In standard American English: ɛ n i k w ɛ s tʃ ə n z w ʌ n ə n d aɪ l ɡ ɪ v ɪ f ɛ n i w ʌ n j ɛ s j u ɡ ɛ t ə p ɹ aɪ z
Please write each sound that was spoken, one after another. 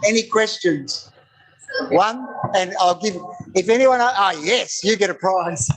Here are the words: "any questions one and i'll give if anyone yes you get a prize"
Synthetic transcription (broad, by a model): ɛ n i k w ɛ s tʃ ə n z w ʌ n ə n aɪ l ɡ ɪ v ɪ f ɛ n i w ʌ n j ɛ s j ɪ ɡ ɛ t ə p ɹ aɪ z